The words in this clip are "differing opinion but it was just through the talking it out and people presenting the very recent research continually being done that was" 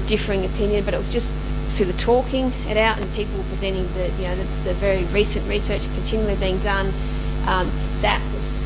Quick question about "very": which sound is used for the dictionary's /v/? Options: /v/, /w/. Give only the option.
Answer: /v/